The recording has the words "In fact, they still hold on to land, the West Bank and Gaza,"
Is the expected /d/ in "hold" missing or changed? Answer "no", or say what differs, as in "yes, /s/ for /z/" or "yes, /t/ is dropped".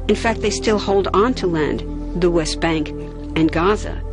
no